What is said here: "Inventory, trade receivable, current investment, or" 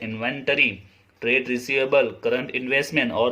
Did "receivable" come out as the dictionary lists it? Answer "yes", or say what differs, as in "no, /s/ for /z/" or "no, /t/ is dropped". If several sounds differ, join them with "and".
yes